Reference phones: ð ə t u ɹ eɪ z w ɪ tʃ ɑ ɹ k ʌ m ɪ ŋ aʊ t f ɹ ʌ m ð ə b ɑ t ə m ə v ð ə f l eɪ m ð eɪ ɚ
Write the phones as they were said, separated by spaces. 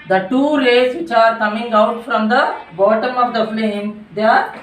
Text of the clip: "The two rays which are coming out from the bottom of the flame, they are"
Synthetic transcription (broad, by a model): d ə t u l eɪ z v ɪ tʃ ɑ ɹ k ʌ m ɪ ŋ aʊ t f ɹ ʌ m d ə b ɑ t ə m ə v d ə f l eɪ m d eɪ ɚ